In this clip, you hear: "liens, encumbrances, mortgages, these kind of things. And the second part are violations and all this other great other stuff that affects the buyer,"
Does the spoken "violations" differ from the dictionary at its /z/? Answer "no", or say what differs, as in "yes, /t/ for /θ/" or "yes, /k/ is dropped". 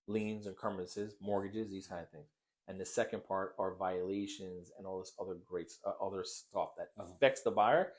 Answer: no